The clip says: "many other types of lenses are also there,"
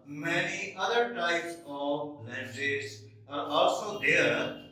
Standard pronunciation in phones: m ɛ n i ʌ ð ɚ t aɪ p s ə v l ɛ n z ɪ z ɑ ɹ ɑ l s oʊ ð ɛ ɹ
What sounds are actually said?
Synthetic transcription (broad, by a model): m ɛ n i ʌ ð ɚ t aɪ p s ə v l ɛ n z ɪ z ɑ ɹ ɑ l s oʊ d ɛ ɹ